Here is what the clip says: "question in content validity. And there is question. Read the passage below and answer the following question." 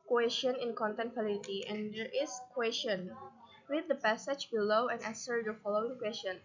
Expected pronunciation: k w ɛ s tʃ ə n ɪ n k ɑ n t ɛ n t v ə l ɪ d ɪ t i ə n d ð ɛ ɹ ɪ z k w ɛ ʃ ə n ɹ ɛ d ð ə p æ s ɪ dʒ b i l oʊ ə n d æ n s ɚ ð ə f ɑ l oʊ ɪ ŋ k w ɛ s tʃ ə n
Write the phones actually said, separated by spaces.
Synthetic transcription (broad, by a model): k w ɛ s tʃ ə n ɪ n k ɑ n t ɛ n t f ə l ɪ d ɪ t i ə n d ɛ ɹ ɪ s k w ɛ s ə n w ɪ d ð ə p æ s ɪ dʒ b i l oʊ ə n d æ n s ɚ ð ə f ɑ l oʊ ɪ ŋ k w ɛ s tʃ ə n